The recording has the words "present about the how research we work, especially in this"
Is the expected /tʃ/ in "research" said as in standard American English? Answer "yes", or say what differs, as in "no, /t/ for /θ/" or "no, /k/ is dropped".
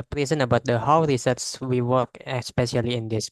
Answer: no, /s/ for /tʃ/